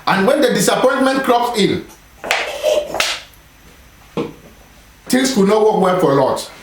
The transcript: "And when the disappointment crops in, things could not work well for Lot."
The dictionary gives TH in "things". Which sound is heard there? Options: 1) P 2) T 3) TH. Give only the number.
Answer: 2